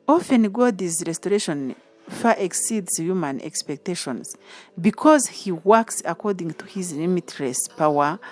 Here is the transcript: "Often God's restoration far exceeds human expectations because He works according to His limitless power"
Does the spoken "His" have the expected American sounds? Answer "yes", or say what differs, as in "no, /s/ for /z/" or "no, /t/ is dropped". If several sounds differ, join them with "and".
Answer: yes